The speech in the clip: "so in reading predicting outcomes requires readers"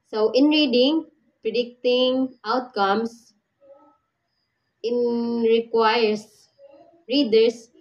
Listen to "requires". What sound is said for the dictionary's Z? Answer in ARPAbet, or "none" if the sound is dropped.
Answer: S